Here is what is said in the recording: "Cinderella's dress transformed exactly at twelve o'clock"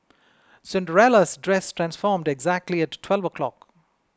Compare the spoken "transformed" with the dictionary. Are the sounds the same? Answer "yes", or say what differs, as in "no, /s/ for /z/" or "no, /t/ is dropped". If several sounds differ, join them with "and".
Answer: yes